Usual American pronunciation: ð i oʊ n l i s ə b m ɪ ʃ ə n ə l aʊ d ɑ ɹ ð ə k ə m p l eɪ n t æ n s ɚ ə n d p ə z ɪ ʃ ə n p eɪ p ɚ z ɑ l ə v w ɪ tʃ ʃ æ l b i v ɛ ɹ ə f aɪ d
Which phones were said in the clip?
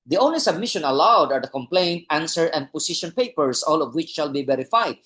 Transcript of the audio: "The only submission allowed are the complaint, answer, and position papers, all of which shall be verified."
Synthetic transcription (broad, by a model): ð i oʊ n l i s ə b m ɪ ʃ ə n ə l aʊ d ɑ ɹ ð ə k ə m p l eɪ n t æ n s ɚ ə n d p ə s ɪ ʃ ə n p eɪ p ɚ s ɑ l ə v w ɪ tʃ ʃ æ l b i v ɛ ɹ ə f aɪ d